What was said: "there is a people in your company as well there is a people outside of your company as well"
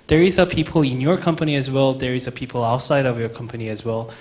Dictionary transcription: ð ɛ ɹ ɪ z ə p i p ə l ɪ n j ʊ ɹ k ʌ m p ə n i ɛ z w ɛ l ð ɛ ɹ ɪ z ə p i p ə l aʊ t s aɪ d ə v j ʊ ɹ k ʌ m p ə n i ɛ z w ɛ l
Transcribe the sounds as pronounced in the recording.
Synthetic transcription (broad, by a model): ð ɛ ɹ ɪ z ə p i p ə l ɪ n j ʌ ɹ k ʌ m p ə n i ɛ z w ɛ l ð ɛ ɹ ɪ z ə p i p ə l aʊ t s aɪ d ə v j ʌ ɹ k ʌ m p ə n i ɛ z w ɛ l